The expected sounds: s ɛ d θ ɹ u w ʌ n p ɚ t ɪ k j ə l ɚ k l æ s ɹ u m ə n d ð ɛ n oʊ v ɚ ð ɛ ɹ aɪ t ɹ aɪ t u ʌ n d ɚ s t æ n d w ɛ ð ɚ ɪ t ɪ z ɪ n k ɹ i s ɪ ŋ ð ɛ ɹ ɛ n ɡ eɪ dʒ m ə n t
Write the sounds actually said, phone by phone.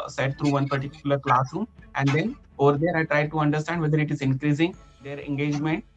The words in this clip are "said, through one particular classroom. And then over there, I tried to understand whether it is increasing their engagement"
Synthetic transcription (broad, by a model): s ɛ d t ɹ u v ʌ n p ɚ t ɪ k j ə l ɚ k l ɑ s u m ə n d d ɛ n oʊ v ɚ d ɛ ɹ aɪ t ɹ aɪ t u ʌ n d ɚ s t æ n d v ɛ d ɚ ɪ t ɪ z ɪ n k ɹ i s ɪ ŋ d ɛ ɹ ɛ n ɡ eɪ dʒ m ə n t